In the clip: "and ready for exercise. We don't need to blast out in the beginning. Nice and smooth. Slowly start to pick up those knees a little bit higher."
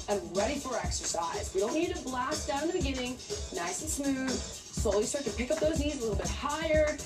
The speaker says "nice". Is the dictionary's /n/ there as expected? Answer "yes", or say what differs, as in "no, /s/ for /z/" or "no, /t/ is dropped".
yes